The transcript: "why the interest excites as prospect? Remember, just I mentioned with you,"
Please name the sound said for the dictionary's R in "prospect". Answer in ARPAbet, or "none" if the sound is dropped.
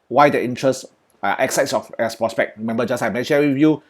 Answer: R